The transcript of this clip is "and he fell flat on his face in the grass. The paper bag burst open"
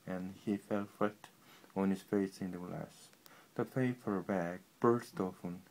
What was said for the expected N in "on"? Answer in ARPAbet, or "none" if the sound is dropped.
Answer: N